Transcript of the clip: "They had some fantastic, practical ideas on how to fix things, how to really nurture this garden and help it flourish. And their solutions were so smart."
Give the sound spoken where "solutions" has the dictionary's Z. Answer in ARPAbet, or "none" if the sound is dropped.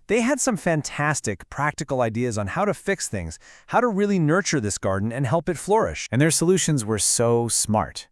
Z